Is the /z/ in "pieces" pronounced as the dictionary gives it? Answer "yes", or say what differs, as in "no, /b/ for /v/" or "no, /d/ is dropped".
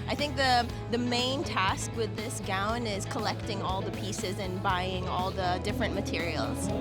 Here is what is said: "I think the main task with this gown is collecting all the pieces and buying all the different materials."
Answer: yes